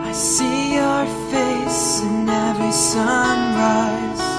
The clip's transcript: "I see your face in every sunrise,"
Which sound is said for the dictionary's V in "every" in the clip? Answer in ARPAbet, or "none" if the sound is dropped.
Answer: none